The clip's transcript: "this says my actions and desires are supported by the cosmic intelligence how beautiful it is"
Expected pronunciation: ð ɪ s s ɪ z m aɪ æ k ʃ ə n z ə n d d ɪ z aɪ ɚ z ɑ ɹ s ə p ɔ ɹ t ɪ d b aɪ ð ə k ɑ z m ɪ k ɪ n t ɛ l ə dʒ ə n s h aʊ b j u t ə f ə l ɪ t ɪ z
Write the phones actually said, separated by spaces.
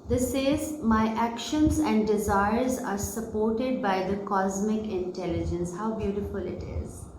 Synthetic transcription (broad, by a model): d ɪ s s ɪ z m aɪ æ k ʃ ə n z ə n d d ɪ z aɪ ɚ z ɑ ɹ s ə p ɔ ɹ t ɪ d b aɪ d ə k ɑ z m ɪ k ɪ n t ɛ l ə dʒ ə n s h aʊ b j u t ə f ə l ɪ t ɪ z